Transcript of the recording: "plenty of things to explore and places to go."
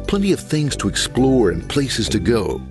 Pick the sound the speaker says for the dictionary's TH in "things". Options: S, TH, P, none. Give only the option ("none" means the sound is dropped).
TH